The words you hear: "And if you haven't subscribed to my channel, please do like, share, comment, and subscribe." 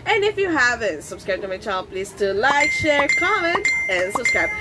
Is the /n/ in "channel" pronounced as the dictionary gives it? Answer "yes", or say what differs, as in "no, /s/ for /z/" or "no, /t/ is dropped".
no, /n/ is dropped